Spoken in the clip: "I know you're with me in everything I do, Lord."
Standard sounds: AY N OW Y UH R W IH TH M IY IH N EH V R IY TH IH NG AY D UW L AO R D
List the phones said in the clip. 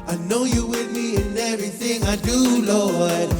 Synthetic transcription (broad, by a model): AY N OW Y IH W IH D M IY IH N EH V R IY TH IH NG AY D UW L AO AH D